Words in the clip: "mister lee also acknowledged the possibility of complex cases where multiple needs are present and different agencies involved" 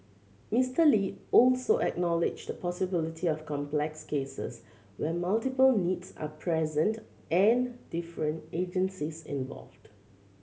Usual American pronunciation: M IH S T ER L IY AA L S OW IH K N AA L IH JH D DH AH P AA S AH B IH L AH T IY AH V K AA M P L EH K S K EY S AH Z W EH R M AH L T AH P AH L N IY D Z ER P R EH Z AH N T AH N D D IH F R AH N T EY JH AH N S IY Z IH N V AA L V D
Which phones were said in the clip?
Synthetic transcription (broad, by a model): M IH S T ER L IY AA L S OW IH K N AA L IH JH D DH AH P AA S AH B IH L AH T IY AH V K AA M P L EH K S K EY S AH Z W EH M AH L T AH P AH L N IY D S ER P R EH Z AH N T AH N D D IH F R AH N T EY JH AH N S IY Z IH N V AA L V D